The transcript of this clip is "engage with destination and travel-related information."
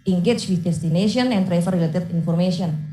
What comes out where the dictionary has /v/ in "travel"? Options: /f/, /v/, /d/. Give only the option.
/f/